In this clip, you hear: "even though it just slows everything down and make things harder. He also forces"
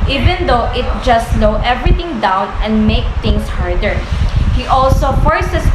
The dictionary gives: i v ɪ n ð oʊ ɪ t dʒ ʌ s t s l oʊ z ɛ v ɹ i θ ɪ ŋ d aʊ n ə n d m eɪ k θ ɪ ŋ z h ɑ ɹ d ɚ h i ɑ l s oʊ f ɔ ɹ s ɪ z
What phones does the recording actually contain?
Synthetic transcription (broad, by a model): i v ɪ n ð oʊ ɪ t dʒ ʌ s t l oʊ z ɛ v ɹ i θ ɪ ŋ d aʊ n ə n d m eɪ k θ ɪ ŋ s h ɑ ɹ d ɚ h i ɑ l s oʊ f ɔ ɹ s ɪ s